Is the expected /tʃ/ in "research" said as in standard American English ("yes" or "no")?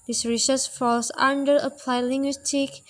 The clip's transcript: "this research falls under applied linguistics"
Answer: no